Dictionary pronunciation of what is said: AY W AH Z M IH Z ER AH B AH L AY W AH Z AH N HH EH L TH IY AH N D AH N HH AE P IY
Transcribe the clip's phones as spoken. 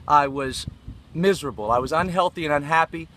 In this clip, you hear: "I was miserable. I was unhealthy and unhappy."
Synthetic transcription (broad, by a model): AY W AH Z M IH Z ER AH B L AY W AH Z AH N HH EH L TH IY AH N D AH N HH AE P IY